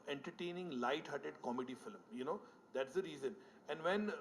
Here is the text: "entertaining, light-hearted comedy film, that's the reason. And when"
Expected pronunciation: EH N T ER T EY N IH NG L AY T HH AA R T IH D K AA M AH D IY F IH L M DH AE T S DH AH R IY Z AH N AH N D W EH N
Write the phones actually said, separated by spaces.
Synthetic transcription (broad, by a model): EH N T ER T EY N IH NG L AY T HH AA T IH D K AA M AH D IY F IH L M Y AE T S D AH R IY Z AH N AH N D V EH N